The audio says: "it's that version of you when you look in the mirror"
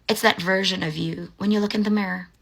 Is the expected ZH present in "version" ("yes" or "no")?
yes